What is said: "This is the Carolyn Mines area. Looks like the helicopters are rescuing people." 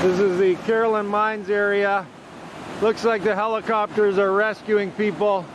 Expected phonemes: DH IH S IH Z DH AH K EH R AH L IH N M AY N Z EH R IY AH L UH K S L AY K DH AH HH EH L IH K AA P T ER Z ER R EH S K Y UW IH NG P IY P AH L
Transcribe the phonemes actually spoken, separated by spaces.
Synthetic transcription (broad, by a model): DH IH S IH Z DH AH K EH R L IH N M AY N Z EH R IY AH L UH K S L AY K DH AH HH EH L IH K AA P T ER Z ER R EH S K Y UW IH NG P IY P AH L